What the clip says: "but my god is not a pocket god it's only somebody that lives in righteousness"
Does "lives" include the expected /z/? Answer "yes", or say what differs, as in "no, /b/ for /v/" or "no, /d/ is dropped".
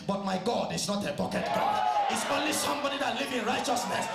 no, /z/ is dropped